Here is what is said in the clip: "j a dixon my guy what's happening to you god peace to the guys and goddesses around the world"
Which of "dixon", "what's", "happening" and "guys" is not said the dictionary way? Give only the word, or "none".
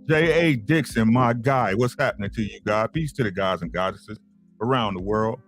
none